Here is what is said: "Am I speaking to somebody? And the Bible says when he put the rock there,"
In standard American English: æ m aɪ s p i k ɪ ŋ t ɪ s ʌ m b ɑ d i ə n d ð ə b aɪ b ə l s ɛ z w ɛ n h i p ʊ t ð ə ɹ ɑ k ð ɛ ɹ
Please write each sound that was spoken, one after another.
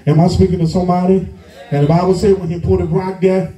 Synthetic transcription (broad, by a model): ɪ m aɪ s p i k ɪ ŋ t ɪ s ʌ m b ɑ d i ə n ð ə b aɪ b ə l s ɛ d w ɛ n h i p ʊ t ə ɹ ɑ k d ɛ